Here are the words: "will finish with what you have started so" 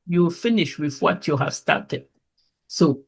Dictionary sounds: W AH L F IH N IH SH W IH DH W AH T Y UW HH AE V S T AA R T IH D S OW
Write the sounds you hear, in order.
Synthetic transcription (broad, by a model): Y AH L F IH N IH SH W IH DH W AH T Y UW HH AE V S T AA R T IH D S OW